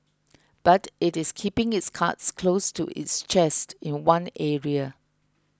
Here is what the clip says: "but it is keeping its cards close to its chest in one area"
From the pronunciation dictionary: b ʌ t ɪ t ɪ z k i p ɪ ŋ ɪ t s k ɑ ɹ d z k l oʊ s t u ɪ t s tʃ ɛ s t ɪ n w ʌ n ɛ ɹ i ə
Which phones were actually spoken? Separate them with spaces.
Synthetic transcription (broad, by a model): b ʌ t ɪ t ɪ s k i p ɪ ŋ ɪ t s k ɑ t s k l oʊ s t u ɪ t s tʃ ɛ s t ɪ n w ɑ n ɛ ɹ i ə